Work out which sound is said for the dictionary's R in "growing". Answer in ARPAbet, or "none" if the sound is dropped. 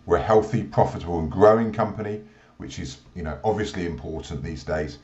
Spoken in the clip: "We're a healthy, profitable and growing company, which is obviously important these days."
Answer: R